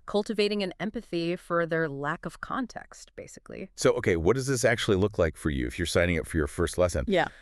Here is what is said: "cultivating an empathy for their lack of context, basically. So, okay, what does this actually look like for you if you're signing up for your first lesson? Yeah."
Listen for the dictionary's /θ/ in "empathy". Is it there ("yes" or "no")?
yes